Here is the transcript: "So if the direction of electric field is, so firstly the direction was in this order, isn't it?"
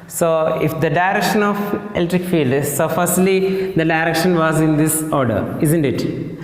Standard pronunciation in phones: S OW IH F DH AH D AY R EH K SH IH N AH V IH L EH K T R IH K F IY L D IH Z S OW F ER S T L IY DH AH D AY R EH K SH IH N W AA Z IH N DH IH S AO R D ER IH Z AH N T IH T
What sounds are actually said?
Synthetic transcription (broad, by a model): S OW IH F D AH D AY R EH K SH IH N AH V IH L T R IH K F IY L D S OW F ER S T L IY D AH D AY R EH K SH IH N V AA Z IH N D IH S AO R D ER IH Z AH N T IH T